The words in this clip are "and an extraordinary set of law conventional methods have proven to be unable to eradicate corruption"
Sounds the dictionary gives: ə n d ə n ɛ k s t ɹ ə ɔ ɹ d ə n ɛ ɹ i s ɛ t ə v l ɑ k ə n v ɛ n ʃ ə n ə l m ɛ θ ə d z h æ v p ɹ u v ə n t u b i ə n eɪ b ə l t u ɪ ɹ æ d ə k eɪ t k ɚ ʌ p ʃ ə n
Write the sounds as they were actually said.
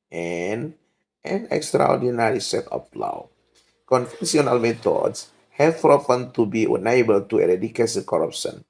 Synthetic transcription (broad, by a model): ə n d ə n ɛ k s t ɹ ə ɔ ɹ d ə n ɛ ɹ i s ɛ t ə p l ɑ k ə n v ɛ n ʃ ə n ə l m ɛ t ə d s h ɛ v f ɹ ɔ f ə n t u b i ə n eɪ b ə l t u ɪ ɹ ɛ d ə k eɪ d k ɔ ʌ p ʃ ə n